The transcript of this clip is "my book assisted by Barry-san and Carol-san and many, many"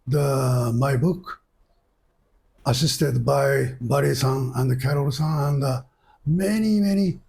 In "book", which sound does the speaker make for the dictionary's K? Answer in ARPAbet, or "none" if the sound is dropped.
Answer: K